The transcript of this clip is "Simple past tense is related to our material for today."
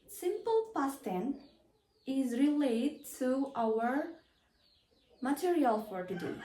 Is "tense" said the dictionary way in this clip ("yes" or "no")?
no